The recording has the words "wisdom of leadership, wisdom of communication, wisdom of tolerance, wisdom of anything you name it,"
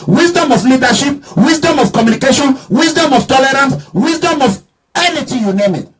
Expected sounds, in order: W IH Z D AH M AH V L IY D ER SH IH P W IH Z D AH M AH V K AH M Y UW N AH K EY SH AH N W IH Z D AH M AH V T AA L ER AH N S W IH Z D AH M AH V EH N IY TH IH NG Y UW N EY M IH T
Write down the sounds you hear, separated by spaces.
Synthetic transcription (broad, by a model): W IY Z D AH M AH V L IY D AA SH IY P W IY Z D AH M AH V K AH M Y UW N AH K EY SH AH N W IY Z D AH M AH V T AA L ER AH N S W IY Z D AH M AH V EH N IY T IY Y UW N EY M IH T